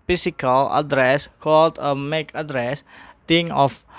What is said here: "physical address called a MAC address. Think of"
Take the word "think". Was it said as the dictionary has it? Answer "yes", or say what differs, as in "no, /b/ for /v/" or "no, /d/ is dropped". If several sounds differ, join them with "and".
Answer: no, /t/ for /θ/ and /k/ is dropped